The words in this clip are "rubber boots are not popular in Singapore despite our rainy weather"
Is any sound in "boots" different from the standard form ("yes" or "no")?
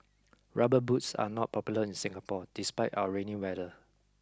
no